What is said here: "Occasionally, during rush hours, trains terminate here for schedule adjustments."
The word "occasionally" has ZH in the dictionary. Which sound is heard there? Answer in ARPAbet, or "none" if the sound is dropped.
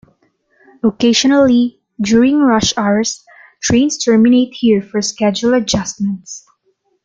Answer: SH